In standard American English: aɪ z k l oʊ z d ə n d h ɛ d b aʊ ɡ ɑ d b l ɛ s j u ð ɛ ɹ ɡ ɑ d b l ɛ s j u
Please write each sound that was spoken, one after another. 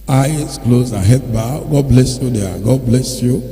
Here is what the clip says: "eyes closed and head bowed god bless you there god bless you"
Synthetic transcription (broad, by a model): aɪ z k l oʊ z ə h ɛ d b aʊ ɡ ɑ d b l ɛ s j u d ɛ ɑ ɡ ɑ d b l ɛ s j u